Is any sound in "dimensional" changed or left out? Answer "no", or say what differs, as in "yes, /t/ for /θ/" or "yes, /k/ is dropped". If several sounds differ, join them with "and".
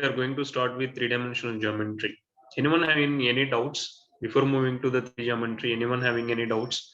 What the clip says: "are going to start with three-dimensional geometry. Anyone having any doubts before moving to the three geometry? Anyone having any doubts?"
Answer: yes, /n/ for /l/